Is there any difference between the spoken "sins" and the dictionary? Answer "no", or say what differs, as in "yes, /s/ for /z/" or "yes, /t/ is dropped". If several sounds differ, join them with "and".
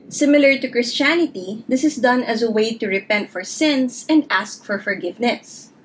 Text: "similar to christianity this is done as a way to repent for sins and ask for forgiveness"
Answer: yes, /s/ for /z/